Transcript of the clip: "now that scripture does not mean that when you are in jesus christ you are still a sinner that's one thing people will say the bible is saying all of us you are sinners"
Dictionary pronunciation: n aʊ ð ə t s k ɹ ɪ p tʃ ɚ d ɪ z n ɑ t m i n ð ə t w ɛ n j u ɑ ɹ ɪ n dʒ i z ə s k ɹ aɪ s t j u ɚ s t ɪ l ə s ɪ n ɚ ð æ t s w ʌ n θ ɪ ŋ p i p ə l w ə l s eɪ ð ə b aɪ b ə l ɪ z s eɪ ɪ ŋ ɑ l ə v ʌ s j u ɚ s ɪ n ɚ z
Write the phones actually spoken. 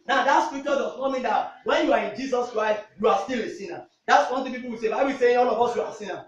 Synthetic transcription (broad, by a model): n aʊ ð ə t s k ɹ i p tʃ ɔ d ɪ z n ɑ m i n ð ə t w ɛ n j u ɑ ɹ ɪ n dʒ i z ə s k ɹ aɪ s t j u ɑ s t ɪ l ə s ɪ n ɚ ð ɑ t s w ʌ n t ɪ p i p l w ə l s eɪ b aɪ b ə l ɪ s eɪ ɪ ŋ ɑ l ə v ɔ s j u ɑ s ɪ n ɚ